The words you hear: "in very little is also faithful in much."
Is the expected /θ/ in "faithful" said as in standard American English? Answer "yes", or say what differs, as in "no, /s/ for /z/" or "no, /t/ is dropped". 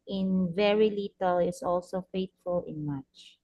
no, /t/ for /θ/